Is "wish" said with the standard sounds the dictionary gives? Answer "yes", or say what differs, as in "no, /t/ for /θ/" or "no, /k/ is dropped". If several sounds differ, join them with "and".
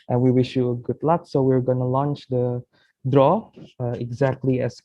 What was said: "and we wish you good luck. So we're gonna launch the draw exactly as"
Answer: yes